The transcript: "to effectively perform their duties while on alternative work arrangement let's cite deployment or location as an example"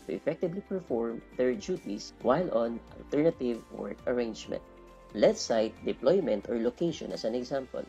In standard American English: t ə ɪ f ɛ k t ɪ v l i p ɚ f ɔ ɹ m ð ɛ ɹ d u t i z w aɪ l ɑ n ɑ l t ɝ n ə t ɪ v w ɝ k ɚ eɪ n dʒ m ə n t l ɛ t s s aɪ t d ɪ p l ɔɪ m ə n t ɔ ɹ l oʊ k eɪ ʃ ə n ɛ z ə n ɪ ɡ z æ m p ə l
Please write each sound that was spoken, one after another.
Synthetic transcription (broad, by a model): t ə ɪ f ɛ k t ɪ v l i p ɚ f ɔ ɹ m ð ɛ ɹ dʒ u t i s w aɪ l ɑ n ɑ l t ɝ n ə t ɪ v w ɝ k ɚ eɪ n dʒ m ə n t l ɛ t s s aɪ t d ɪ p l ɔɪ m ə n t ɔ ɹ l oʊ k eɪ ʃ ə n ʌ s ə n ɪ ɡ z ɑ m p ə l